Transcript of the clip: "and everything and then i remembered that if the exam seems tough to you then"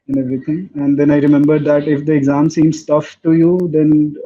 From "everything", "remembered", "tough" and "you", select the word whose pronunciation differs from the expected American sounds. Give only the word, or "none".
everything